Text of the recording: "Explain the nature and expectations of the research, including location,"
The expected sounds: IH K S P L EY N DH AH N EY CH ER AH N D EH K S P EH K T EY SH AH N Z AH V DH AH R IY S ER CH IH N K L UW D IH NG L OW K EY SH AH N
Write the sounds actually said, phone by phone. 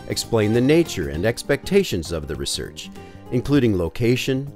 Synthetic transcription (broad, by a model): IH K S P L EY N DH AH N EY CH ER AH N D EH K S P EH K T EY SH AH N Z AH V DH AH R IY S ER CH IH N K L UW D IH NG L OW K EY SH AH N